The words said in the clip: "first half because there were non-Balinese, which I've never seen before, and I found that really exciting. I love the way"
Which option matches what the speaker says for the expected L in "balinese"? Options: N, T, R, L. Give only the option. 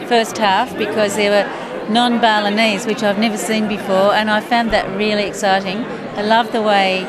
L